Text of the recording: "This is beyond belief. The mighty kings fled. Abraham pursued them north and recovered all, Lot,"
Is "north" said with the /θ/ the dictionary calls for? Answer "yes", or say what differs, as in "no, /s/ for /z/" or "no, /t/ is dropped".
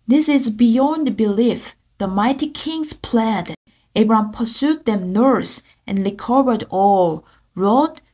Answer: no, /s/ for /θ/